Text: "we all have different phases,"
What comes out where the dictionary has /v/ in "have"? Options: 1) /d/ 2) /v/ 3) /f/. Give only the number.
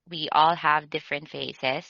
2